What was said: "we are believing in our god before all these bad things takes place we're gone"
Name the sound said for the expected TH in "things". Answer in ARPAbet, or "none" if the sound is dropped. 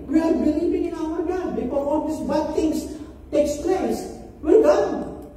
T